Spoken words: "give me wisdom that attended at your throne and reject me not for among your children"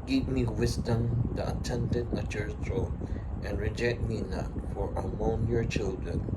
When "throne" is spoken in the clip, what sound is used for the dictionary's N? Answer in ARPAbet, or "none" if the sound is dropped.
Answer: none